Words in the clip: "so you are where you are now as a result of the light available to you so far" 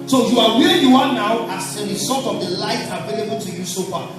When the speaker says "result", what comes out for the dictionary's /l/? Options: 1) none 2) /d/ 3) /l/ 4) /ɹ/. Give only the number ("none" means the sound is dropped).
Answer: 1